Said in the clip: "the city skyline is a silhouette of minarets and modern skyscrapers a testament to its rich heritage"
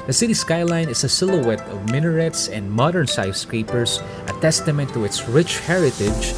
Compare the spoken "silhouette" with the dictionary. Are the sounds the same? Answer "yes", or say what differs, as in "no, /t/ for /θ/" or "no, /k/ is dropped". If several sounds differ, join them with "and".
yes